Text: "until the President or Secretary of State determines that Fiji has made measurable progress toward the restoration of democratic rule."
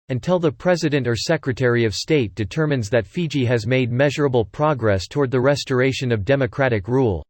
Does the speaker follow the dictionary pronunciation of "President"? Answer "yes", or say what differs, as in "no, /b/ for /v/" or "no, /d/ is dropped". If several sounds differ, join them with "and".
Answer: yes